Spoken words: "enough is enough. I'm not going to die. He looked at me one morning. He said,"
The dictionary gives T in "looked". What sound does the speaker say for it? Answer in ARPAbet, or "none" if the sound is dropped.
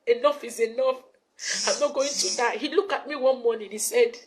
none